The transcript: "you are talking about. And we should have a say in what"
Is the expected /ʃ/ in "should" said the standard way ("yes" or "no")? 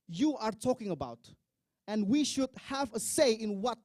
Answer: yes